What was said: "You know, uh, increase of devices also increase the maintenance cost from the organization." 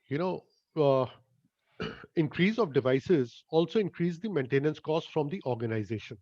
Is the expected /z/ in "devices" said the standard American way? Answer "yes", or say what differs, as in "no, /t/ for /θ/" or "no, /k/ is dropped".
yes